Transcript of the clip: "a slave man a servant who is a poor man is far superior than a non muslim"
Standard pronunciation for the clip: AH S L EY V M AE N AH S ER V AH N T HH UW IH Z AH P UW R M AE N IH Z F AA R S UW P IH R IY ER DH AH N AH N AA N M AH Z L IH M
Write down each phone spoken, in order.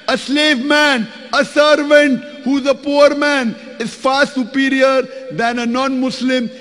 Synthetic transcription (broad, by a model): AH S L EY V M AE N AH S ER V AH N T HH UW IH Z AH P UW R M AE N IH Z F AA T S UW P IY R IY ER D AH N AH N AA N M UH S L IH M